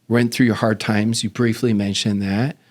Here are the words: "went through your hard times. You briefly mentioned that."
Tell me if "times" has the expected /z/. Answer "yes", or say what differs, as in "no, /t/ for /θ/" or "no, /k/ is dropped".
yes